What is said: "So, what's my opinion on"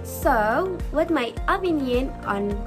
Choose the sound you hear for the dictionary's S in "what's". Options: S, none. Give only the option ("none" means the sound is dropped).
none